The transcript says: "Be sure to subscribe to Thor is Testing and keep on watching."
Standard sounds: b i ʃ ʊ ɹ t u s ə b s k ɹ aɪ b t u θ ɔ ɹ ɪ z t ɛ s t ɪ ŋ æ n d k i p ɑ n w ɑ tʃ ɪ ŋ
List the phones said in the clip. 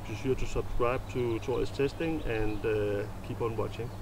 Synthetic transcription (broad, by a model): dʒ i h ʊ t u s ə b s k ɹ aɪ b t u t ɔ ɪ s t ɛ s t ɪ ŋ æ n d k i p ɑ n w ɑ tʃ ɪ ŋ